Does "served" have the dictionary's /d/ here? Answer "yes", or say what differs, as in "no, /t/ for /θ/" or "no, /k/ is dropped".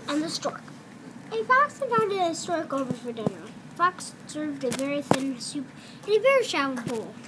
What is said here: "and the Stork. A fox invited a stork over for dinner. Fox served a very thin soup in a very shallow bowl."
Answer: yes